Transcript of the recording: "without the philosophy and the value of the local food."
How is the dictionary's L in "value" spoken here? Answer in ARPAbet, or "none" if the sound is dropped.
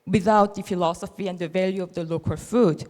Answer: L